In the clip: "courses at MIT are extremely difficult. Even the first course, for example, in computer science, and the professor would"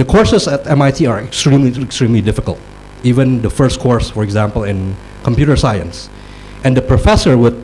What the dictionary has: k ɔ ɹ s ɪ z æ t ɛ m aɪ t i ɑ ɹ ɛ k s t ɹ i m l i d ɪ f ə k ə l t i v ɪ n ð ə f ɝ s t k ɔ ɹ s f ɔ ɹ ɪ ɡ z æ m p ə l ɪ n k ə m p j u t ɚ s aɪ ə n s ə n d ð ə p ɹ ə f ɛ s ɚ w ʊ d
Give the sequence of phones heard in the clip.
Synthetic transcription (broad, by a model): k ɔ ɹ s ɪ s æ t ɛ m aɪ t i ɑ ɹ ɛ k s t ɹ i m l i d ɪ f ə k ə l t i v ɪ n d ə f ɝ s t k ɔ ɹ s f ɔ ɹ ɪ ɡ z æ m p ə l ɪ n k ə m p j u t ɚ s aɪ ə n s ə n d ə p ɹ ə f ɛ s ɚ w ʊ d